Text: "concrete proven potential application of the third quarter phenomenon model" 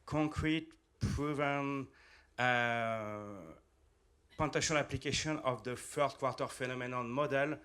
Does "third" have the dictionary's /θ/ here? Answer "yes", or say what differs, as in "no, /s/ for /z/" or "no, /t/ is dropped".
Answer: no, /f/ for /θ/